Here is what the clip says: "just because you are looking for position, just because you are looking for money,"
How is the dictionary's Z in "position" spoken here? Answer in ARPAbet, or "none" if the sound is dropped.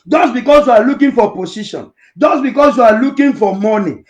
S